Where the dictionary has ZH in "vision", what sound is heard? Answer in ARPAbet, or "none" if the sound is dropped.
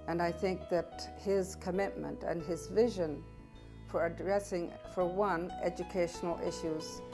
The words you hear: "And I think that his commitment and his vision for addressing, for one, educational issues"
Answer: ZH